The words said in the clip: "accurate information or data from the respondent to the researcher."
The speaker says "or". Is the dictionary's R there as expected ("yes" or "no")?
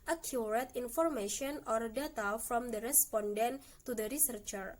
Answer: yes